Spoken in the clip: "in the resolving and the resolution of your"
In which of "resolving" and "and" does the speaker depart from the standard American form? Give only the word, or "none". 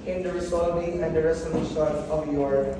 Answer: resolving